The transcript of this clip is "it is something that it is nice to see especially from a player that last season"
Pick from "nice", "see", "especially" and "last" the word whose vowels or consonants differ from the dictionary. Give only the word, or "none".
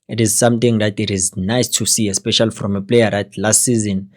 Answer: none